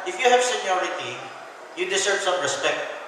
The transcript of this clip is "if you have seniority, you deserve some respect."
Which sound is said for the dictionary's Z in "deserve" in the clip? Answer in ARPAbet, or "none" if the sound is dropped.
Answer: S